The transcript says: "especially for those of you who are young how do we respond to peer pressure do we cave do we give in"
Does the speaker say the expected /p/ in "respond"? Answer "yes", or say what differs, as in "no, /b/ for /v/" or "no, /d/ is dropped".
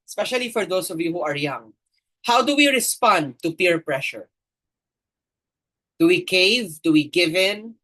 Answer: yes